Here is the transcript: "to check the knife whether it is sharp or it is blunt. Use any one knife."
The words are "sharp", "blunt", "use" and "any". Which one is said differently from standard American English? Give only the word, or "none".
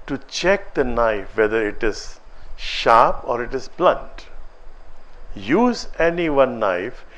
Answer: none